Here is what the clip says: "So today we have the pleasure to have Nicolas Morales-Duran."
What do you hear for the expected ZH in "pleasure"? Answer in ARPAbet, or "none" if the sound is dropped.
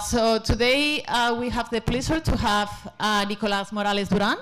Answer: S